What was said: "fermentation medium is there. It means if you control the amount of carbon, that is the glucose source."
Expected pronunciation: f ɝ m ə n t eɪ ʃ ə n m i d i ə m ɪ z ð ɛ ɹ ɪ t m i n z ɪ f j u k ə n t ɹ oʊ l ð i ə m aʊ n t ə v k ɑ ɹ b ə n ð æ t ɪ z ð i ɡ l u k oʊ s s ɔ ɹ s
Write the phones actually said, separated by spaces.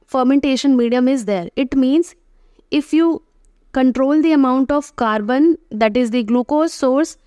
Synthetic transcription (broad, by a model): f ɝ m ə n t eɪ ʃ ə n m i d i ə m ɪ z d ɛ ɹ ɪ t m i n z ɪ f j u k ə n t ɹ oʊ l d i ə m aʊ n t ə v k ɑ ɹ b ə n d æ t ɪ z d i ɡ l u k oʊ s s ɔ ɹ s